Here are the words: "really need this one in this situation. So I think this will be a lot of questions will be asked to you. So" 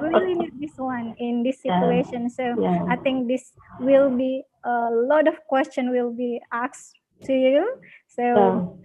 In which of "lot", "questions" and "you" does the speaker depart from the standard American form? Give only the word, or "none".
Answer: questions